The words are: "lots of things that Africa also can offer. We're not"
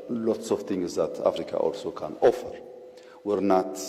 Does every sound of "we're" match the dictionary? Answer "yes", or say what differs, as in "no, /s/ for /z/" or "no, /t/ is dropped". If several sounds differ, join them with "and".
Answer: yes